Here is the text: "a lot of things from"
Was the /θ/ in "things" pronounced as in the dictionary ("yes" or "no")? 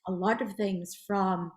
yes